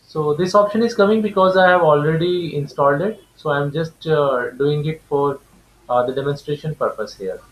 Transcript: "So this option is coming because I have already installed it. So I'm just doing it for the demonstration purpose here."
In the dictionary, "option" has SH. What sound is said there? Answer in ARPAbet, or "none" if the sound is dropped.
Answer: SH